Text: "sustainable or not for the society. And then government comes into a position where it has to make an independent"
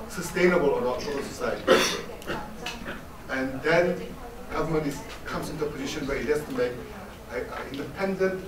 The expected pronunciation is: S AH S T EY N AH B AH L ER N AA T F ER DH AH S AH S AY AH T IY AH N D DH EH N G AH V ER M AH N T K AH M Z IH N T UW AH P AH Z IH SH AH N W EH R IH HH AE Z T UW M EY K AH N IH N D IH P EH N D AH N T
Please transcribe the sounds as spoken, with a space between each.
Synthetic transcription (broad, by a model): S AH S T EY N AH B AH L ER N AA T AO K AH S AH S AY AH T IY AH N D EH N G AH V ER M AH N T K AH M S IH N T UW AH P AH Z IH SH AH N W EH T IH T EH S T UW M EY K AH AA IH N D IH P EH N D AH N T